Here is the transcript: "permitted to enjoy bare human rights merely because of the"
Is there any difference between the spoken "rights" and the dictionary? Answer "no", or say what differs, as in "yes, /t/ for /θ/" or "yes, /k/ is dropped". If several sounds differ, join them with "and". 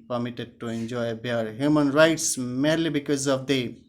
no